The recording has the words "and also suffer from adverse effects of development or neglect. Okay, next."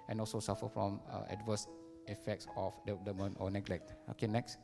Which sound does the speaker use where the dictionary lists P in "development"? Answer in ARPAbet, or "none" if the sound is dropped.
none